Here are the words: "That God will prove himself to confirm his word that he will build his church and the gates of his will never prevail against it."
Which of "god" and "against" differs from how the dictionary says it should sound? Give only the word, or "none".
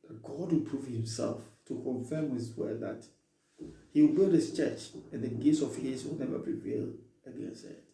against